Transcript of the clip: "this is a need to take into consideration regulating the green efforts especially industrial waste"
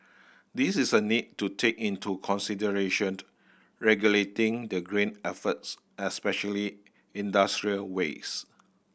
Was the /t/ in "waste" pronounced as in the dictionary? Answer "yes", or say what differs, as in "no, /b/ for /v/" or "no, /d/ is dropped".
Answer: no, /t/ is dropped